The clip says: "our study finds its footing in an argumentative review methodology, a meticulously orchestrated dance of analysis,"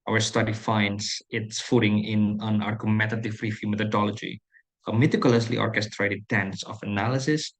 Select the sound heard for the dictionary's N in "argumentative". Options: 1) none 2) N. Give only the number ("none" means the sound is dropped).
1